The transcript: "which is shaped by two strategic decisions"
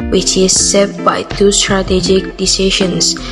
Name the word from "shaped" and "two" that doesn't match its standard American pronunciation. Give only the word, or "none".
shaped